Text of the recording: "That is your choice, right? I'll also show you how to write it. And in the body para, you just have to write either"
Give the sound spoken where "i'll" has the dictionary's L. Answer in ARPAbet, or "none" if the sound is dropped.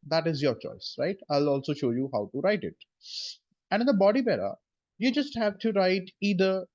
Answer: L